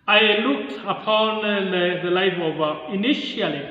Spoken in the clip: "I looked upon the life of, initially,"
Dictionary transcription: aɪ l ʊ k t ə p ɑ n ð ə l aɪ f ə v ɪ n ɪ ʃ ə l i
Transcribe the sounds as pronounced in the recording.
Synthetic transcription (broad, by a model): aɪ l ʊ k t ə p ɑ n ð ə l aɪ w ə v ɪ n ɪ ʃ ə l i